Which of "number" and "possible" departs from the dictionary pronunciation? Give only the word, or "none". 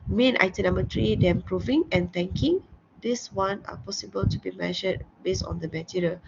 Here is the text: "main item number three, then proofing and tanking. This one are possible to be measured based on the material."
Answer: number